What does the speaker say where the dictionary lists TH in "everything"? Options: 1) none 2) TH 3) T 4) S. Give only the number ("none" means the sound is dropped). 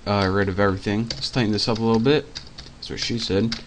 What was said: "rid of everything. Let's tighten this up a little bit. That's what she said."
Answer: 2